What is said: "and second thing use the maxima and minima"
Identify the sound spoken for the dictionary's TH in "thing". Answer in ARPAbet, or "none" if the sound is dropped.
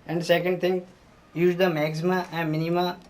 T